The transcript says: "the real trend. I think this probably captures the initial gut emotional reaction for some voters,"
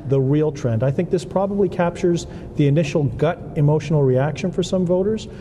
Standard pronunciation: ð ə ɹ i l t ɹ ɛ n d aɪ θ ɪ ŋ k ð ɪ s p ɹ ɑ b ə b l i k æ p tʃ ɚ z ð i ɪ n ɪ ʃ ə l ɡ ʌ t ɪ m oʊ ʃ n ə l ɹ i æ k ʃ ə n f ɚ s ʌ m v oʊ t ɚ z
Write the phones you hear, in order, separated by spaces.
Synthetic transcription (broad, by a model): ð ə ɹ i l t ɹ ɛ n d aɪ θ ɪ ŋ k ð ɪ s p ɹ ɑ b ə b l i k æ p tʃ ɚ z ð i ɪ n ɪ ʃ l ɡ ʌ t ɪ m oʊ ʃ n l ɹ i æ k ʃ ə n f ɚ s ʌ m v oʊ t ɚ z